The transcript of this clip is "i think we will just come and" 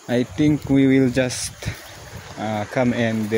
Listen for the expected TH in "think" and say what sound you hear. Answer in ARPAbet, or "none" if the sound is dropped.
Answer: T